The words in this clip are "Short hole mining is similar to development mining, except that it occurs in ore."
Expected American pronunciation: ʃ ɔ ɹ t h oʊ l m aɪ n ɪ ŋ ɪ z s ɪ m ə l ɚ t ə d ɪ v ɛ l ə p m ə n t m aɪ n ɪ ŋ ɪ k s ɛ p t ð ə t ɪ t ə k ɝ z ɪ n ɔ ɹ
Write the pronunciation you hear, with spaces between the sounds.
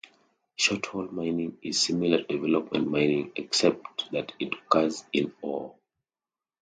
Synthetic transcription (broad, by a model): ʃ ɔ t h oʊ l m aɪ n ɪ ŋ ɪ z s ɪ m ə l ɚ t d ɪ v ɛ l ə p m ə n t m aɪ n ɪ ŋ ɪ k s ɛ p t ð ə t ɪ t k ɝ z ɪ n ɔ l